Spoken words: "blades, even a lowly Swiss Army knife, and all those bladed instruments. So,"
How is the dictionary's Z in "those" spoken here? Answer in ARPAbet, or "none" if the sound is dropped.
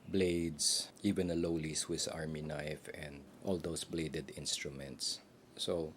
S